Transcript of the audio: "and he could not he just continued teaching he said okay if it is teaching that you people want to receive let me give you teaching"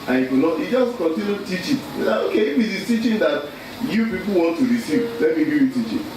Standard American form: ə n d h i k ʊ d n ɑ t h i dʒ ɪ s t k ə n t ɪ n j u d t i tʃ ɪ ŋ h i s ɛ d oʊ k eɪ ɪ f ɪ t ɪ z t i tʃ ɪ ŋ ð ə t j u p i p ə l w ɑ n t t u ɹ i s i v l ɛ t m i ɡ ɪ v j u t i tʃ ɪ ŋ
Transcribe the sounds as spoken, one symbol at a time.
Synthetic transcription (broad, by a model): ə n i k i n ɑ t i dʒ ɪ s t k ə n t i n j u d t i tʃ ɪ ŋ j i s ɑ oʊ k eɪ ɪ f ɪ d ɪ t i tʃ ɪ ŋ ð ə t j u p i p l w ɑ n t t u ɹ i s i v l ɛ t m i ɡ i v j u t i tʃ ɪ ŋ